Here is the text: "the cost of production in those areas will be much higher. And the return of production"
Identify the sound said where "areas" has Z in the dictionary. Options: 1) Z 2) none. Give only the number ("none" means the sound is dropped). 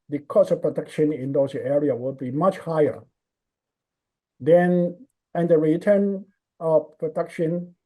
2